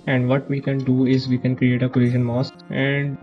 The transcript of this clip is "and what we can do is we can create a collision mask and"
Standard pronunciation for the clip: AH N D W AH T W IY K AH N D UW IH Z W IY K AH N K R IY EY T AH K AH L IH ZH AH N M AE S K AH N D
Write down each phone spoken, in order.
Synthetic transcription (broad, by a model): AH N D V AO T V IY K AH N D UW IH Z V IY K AH N K R IY EY T AH K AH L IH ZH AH N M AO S AH N D